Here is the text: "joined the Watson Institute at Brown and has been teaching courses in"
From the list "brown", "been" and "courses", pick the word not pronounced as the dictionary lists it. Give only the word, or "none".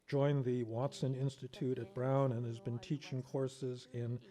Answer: none